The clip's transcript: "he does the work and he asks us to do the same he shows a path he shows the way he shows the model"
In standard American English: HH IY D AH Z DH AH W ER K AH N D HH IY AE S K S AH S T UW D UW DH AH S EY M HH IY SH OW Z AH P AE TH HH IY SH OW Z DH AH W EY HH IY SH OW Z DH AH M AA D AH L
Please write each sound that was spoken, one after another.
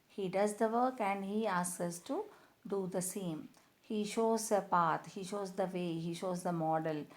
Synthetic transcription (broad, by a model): HH IY D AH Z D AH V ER K AH N D HH IY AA S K AH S T UW D UW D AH S EY M HH IY SH OW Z AH P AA T HH IY SH OW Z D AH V EY HH IY SH OW Z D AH M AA D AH L